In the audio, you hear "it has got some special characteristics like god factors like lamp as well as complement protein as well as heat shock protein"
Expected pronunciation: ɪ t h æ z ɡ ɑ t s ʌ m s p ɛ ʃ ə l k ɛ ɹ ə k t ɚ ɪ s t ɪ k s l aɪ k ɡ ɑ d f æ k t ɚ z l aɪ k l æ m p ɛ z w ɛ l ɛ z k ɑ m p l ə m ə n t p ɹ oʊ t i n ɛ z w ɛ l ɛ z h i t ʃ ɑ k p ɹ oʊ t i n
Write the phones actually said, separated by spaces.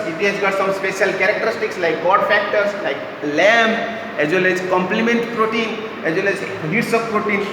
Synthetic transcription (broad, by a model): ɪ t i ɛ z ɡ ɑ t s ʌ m s p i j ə l k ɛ ɹ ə k t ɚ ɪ s t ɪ k s l aɪ k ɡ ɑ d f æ k t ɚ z l aɪ k l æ m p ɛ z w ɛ l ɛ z k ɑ m p l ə m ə n t p ɹ oʊ t i n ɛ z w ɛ l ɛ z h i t s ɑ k p ɹ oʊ t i n